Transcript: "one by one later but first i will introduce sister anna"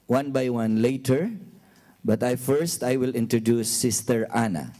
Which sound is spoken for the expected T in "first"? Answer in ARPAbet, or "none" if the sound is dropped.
T